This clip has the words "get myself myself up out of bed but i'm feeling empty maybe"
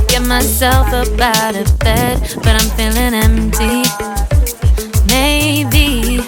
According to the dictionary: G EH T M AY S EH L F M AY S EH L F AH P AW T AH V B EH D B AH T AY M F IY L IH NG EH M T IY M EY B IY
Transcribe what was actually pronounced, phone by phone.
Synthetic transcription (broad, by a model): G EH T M M AY S EH L F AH B AW T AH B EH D B AH T AY M F IY L IH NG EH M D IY M EY B IY